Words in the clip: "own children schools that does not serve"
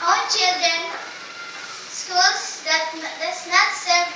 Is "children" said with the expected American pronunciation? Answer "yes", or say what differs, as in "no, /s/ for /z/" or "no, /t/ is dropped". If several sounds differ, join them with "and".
yes